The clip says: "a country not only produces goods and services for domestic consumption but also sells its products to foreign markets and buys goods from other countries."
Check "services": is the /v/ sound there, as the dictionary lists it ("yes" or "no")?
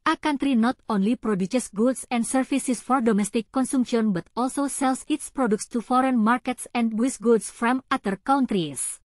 no